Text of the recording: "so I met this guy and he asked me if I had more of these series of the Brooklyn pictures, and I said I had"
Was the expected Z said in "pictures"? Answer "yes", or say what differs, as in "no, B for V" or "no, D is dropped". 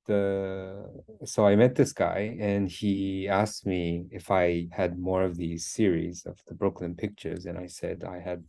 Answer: yes